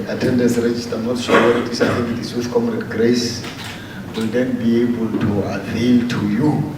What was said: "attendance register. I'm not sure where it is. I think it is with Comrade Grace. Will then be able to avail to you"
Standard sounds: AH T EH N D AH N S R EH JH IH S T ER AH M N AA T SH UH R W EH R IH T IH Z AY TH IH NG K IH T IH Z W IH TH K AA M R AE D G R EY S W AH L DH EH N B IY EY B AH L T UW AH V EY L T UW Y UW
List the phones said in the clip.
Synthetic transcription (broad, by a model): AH T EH N D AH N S R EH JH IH S T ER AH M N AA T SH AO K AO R IH T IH S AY T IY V IH T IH S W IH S K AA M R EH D G R EY S W AH L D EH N B IY EY B AH L T UW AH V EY L T UW Y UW